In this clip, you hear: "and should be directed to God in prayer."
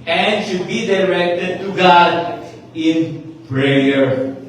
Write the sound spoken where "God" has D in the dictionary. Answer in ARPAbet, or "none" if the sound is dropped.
D